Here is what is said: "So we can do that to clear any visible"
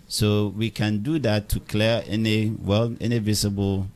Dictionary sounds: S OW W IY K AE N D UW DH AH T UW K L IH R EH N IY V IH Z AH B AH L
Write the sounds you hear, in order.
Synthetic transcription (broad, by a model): S OW W IY K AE N D UW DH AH T UW K L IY W EH N IY V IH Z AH B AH L